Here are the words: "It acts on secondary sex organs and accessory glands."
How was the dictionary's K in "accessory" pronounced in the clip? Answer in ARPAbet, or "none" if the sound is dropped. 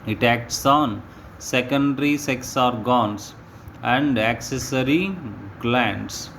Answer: K